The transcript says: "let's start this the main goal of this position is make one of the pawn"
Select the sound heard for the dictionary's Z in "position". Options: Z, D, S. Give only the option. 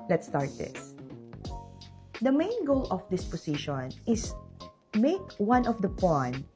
S